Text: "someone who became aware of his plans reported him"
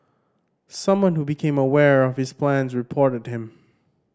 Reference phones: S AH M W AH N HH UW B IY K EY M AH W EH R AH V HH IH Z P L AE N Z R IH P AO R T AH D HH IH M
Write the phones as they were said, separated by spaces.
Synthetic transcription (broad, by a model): S AH M W AH N HH UW B IY K EY M AH W EH R AH V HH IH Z P L AE N Z R IH P AO R T AH D HH IH M